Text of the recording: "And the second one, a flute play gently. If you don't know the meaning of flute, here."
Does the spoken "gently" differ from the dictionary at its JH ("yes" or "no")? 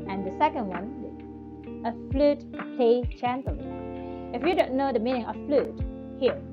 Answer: yes